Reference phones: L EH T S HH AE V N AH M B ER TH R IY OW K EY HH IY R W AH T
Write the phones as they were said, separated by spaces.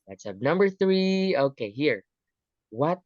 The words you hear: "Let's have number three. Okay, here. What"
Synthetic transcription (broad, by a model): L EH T S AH P N AH M B ER TH R IY OW K EY HH IY R W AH T